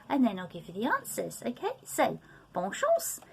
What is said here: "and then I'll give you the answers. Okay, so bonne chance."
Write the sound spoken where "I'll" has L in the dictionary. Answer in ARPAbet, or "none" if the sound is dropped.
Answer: L